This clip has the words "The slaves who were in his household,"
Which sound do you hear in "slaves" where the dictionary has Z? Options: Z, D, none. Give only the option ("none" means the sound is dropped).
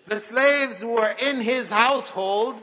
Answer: Z